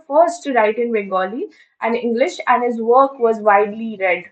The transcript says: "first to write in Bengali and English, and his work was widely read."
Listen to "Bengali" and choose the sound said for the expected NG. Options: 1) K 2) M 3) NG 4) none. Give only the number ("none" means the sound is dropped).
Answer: 4